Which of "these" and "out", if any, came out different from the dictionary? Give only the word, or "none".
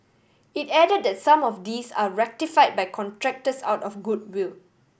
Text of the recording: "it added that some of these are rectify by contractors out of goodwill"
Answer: these